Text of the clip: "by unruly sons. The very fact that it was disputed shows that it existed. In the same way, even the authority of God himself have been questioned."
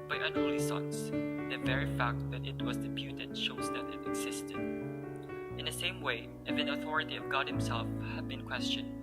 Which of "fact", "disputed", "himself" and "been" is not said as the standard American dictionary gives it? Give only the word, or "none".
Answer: disputed